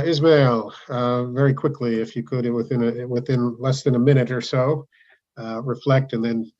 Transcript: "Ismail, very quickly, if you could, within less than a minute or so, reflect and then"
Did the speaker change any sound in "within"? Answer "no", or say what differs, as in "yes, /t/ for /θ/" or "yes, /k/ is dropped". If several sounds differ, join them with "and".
no